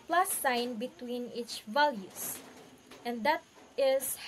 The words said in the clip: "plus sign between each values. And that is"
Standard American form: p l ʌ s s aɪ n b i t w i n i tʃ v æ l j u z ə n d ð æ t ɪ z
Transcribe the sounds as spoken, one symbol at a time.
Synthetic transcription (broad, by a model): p l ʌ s s aɪ n b i t w i n i tʃ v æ l j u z ə n d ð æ t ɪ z